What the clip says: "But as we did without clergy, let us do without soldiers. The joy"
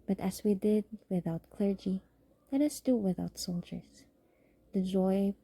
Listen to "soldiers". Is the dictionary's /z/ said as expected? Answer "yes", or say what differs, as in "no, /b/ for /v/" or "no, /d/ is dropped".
no, /s/ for /z/